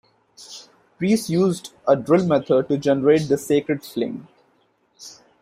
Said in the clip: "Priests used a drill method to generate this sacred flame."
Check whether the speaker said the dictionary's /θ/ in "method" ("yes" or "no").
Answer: no